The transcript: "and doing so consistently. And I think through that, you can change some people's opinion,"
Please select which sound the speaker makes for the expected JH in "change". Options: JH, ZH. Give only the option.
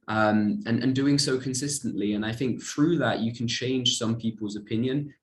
ZH